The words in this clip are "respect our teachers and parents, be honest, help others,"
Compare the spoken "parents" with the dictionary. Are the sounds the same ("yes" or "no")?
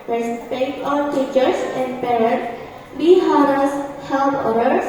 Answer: no